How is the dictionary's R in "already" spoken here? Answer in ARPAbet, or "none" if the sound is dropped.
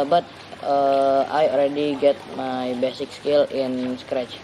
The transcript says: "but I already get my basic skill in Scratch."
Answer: L